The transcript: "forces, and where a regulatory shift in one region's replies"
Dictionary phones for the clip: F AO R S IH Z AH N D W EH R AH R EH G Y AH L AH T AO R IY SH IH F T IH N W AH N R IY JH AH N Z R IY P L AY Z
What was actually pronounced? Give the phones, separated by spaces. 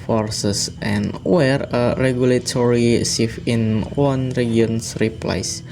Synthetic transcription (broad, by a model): F AO R S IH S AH N W EH R AH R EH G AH L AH T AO R IY S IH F IH N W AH N R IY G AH N S R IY P L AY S